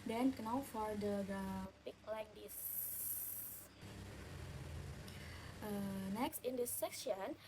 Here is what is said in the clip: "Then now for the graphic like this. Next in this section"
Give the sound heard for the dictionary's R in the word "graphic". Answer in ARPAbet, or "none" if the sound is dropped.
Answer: none